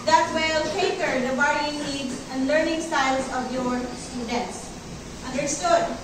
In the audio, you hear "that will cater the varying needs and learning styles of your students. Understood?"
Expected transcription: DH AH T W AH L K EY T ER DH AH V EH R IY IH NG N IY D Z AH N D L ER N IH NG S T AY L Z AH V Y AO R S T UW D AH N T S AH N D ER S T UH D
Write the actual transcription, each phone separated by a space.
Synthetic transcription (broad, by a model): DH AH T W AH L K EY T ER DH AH B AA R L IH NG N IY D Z AH N D L ER N IH NG S T AY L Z AH V Y AO R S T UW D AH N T S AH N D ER S T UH D